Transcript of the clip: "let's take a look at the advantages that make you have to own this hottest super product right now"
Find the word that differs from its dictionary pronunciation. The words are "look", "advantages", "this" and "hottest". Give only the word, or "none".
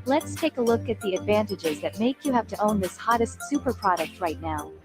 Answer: none